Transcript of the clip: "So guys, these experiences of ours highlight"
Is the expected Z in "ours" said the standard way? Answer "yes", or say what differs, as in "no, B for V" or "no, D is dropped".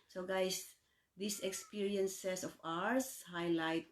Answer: no, S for Z